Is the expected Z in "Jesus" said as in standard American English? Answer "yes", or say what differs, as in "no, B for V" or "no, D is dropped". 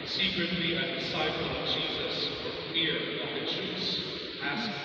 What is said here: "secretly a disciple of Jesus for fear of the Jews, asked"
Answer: yes